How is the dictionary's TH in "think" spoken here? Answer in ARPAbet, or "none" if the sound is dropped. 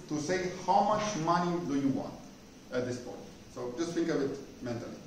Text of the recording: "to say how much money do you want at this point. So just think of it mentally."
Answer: F